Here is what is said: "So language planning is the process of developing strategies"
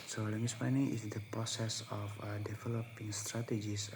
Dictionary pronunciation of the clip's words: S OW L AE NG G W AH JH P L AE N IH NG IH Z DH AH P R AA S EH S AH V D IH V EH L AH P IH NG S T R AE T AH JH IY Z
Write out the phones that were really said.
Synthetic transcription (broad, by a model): S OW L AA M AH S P AA N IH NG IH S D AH P R AA S EH S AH F D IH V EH L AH P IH NG S T R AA T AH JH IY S